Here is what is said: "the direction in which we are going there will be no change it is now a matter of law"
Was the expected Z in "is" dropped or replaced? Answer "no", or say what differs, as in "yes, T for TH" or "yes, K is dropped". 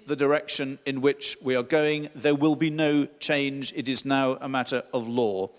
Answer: no